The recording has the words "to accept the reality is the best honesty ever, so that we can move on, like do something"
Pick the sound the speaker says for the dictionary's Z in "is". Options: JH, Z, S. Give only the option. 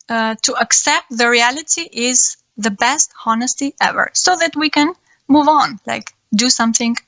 Z